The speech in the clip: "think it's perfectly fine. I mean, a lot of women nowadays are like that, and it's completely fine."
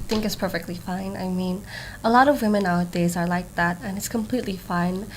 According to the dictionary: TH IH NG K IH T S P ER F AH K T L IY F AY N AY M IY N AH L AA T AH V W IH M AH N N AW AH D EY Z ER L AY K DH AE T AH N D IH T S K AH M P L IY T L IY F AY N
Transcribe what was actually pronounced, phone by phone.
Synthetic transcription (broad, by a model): TH IH NG K IH T S P ER F AH K T L IY F AY N AY M IY N AH L AA T AH V W IH M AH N N AW AH D EY Z ER L AY K DH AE T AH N IH T S K AH M P L IY T L IY F AY N